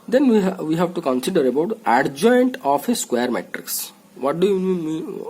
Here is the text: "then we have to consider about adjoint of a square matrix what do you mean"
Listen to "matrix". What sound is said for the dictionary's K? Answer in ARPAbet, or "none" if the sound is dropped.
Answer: K